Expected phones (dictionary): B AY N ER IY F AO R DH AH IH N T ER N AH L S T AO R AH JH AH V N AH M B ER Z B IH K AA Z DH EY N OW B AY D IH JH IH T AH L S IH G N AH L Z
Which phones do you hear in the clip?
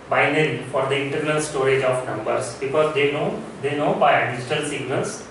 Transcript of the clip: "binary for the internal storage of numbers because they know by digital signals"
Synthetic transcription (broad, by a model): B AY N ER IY F AO R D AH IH N T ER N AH L S T AO R AH JH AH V N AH M B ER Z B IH K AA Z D EY N OW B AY D IH JH IH T AH L S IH G N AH L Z